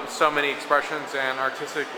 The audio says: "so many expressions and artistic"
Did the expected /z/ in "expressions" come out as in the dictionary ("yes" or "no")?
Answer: yes